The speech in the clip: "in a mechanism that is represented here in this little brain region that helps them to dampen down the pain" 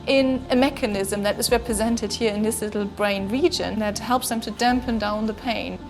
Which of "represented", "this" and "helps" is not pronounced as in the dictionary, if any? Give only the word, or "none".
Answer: none